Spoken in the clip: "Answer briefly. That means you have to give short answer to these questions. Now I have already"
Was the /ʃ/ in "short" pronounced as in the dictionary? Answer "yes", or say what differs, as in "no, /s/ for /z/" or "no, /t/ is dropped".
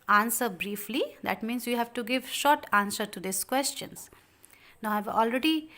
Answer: yes